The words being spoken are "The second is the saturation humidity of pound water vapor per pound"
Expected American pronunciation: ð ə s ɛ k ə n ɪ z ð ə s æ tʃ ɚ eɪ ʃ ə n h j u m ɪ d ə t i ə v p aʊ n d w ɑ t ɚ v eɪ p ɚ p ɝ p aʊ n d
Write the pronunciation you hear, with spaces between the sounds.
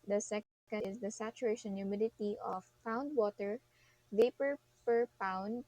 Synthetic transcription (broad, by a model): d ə s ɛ k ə ɪ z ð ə s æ tʃ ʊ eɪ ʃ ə n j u m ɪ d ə t i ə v p aʊ n d w ɑ t ɚ v eɪ p ɚ p ɝ p aʊ n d